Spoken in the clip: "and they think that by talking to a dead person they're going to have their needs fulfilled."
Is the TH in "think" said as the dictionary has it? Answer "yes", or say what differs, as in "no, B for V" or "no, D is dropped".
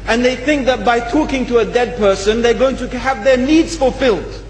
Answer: yes